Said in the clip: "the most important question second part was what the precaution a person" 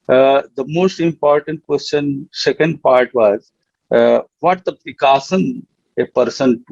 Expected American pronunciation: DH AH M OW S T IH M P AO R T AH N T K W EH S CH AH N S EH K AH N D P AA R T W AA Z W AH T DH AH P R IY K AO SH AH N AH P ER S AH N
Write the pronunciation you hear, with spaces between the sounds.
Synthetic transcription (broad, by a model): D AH M OW S T IH M P AO R T AH N T K W EH S CH AH N S EH K AH N D P AA R T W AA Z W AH T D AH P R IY K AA S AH N AH P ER S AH N